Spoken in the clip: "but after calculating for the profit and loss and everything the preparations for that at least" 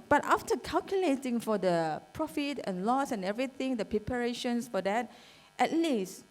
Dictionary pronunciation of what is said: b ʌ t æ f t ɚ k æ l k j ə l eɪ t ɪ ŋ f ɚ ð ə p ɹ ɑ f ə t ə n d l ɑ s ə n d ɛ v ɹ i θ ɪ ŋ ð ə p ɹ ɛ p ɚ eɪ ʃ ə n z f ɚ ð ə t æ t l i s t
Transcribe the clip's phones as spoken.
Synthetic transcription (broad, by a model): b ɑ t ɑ f t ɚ k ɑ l k j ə l eɪ t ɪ ŋ f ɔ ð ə p ɹ ɑ f ə t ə n l ɑ s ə n ɛ v ɹ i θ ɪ ŋ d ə p ɹ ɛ p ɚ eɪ ʃ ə n s f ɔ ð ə t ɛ t l i s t